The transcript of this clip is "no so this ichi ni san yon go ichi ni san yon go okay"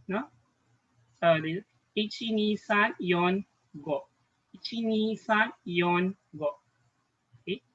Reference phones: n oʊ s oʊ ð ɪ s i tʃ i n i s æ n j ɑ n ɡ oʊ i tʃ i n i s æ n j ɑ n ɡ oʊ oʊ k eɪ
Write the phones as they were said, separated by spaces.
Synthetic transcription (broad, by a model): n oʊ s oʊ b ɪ i tʃ i n i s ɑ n j ɑ n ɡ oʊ i tʃ i n i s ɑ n j ɑ n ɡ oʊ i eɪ